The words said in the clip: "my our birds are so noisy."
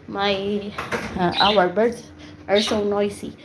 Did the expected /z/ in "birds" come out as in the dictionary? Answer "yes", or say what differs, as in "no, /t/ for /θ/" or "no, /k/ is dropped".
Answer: no, /z/ is dropped